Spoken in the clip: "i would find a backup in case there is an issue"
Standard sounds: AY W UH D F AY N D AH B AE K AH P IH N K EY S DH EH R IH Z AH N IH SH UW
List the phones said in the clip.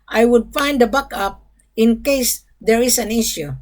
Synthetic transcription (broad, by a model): AY W UH D F AY N D AH B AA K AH P IH N K EY S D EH R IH S AH N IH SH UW